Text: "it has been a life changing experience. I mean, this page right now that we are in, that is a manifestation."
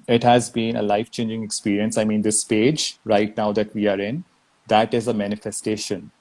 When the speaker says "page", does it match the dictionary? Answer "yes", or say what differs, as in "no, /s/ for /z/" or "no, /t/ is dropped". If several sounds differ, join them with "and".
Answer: yes